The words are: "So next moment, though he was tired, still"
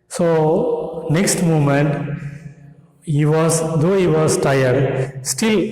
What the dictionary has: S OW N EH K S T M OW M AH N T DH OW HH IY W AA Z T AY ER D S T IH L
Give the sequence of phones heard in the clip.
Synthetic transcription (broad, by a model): S OW N EH K S T M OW M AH N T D OW HH IY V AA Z T AY ER D S T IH L